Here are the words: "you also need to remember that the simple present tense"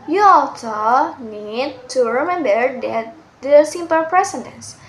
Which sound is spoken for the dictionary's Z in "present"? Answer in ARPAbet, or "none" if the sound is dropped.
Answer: S